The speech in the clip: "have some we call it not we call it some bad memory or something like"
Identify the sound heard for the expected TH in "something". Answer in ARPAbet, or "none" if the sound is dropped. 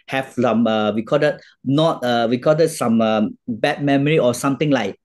T